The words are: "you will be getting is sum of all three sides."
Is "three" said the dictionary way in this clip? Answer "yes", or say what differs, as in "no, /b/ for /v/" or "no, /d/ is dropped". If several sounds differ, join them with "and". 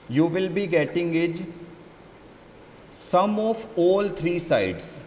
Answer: no, /t/ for /θ/